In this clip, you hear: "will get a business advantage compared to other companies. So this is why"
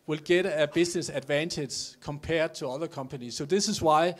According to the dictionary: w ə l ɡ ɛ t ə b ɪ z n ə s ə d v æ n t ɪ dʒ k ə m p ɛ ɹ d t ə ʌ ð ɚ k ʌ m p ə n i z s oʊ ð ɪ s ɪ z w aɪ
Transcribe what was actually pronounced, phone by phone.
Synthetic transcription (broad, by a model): w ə l ɡ ɛ t ə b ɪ s n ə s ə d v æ n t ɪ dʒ k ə m p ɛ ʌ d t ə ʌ ð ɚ k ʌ m p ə n i s oʊ ð ɪ s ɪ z w aɪ